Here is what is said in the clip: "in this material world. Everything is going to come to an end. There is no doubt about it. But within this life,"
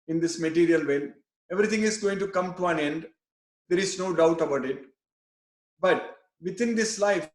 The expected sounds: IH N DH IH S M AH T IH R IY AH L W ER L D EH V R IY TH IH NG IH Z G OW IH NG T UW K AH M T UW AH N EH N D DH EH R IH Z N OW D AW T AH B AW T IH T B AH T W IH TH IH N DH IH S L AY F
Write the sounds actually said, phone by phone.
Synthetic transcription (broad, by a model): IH N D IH S M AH T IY R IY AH L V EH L EH V R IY T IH NG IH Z G OW IH NG T UW K AH M T UW AH N EH N D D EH R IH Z N OW D AW T AH B AW T IH T B AH T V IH T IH N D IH S L AY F